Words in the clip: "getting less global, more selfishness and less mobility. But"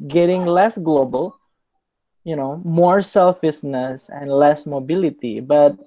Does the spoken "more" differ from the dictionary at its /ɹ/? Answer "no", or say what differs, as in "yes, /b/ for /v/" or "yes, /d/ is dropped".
no